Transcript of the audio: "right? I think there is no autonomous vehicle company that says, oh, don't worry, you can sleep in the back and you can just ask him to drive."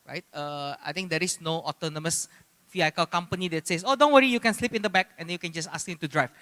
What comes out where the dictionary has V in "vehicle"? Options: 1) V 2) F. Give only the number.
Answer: 2